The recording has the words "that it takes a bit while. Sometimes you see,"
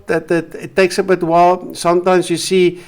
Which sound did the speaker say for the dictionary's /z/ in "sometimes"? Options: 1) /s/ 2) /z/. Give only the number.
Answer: 1